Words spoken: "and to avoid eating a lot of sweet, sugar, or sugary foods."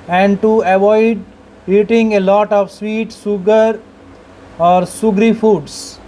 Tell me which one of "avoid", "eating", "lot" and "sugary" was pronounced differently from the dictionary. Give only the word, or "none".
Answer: sugary